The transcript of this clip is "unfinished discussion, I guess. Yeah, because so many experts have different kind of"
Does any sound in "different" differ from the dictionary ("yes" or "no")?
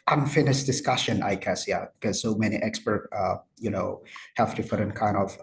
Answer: yes